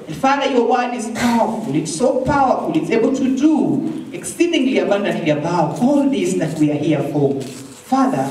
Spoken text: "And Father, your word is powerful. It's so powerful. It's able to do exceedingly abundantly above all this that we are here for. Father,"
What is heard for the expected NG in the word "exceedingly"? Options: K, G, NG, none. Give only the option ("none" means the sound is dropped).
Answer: NG